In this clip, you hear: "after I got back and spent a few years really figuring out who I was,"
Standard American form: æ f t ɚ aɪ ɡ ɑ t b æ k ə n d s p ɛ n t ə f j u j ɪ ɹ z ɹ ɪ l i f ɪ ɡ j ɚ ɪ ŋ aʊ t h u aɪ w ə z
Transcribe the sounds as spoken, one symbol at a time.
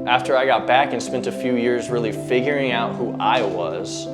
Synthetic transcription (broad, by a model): æ f t ɚ aɪ ɡ ɑ t b æ k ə n s p ɛ n t ə f j u j ɪ ɹ z ɹ ɪ l i f ɪ ɡ j ɚ ɪ ŋ aʊ t h u aɪ w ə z